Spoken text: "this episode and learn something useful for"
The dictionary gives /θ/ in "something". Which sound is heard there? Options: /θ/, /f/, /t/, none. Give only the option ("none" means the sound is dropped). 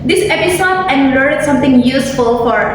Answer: /t/